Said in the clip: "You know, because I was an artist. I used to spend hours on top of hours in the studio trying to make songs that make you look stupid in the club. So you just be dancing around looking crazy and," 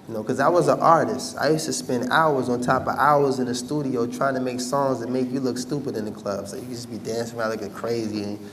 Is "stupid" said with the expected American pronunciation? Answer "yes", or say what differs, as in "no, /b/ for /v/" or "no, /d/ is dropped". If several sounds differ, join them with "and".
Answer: yes